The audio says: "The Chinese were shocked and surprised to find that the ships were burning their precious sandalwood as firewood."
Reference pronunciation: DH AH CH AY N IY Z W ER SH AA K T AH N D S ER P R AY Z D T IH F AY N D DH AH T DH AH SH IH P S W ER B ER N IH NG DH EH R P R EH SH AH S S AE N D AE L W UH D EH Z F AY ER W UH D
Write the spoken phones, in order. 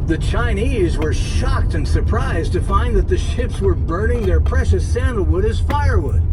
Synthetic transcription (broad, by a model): DH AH CH AY N IY Z W ER SH AA K T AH N S ER P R AY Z T IH F AY N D DH AH T DH AH SH IH P S W ER B ER N IH NG DH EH R P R EH SH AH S S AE N D L W UH D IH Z F AY ER W UH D